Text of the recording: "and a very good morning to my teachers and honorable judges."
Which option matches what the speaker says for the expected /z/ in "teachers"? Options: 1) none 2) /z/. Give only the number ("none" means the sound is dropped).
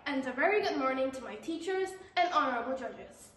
2